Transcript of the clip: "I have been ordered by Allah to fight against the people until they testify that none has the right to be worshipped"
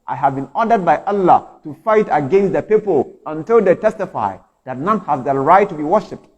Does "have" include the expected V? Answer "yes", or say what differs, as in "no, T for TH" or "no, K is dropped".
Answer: yes